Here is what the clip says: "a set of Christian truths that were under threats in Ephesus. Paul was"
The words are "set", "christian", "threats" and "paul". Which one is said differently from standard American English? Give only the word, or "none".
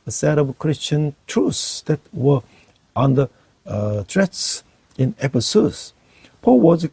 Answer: threats